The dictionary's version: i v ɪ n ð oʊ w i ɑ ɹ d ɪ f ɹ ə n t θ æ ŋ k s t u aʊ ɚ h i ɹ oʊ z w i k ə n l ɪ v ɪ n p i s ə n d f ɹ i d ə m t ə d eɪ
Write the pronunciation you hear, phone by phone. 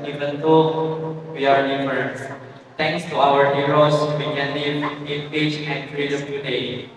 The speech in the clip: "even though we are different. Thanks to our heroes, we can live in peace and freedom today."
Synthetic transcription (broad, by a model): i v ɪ n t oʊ w i ɑ ɹ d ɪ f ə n t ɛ ŋ k s t u aʊ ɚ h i ɹ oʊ s w i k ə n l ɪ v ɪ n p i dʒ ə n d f ɹ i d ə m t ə d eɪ